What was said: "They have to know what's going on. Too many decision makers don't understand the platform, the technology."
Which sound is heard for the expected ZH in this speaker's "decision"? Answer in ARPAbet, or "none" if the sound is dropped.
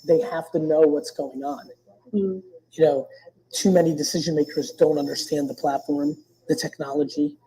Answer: ZH